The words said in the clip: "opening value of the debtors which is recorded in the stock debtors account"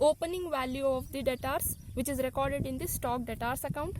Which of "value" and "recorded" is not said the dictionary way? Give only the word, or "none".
none